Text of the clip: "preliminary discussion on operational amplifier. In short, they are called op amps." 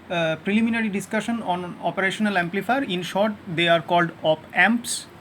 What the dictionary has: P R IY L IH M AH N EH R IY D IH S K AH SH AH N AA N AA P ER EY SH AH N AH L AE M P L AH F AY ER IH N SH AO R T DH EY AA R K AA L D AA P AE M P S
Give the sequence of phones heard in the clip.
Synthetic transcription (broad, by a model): P R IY L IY M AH N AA R IY D IH S K AH SH AH N AA N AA P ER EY SH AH N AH L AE M P L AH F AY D IH N SH AO R T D EY AA R K AA L D AA P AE M P S